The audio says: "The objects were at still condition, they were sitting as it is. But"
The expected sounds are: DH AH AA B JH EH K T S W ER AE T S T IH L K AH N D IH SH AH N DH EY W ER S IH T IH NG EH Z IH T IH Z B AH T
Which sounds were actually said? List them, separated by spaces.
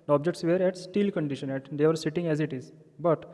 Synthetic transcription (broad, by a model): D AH AA B JH EH K T S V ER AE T S T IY L K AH N D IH SH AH N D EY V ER S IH T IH NG EH Z IH T IH Z B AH T